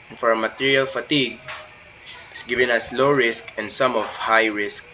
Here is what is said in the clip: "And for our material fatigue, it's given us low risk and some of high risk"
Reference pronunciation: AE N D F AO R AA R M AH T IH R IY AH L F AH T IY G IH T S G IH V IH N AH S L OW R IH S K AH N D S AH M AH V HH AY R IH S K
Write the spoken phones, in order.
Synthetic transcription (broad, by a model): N F AO R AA M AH T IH R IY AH L F AH T IY G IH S G IH V IH N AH S L OW R IH S K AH N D S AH M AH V HH AY R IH S K